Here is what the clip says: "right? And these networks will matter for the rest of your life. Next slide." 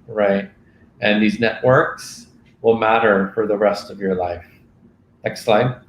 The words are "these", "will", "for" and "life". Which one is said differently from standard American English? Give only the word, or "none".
none